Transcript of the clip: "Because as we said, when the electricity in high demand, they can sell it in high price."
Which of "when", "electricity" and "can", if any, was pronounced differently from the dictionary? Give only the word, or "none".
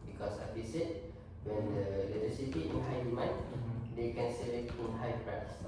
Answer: electricity